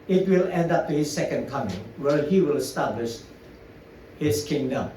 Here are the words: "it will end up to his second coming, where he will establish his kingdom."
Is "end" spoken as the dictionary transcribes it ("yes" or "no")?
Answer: yes